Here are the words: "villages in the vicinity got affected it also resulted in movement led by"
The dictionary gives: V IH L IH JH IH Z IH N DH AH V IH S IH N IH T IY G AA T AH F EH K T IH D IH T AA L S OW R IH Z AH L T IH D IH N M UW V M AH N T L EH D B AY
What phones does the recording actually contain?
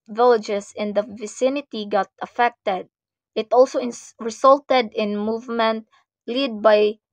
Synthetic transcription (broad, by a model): V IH L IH JH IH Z IH N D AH V IH S IH N IH T IY G AA T AH F EH K T IH D IH T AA L S OW R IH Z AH L T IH D IH N M UW V M AH N T L EH D B AY